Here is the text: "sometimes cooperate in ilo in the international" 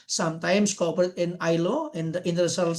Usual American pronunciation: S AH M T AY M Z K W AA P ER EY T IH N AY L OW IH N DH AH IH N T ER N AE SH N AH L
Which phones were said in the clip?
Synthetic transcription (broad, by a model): S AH M T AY M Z K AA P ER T IH N AY L OW IH N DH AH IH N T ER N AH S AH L